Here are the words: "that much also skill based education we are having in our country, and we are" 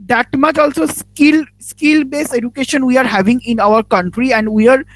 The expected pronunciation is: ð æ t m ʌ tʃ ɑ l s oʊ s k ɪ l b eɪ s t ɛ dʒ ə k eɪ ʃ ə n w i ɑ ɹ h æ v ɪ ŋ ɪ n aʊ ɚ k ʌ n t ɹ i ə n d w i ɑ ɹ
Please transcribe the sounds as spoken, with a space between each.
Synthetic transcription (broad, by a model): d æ t m ʌ tʃ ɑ l s oʊ s k ɪ l b eɪ s ɛ dʒ ə k eɪ ʃ ə n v i ɑ ɹ h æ v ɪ ŋ ɪ n aʊ ɚ k ʌ n t ɹ i ə n d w i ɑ ɹ